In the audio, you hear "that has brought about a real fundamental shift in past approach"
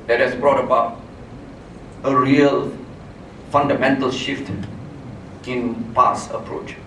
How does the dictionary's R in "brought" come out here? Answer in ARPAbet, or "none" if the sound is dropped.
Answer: R